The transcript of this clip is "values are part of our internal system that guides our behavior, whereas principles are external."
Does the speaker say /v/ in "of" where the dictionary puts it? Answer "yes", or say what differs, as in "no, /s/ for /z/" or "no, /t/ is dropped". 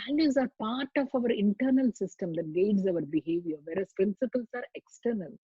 yes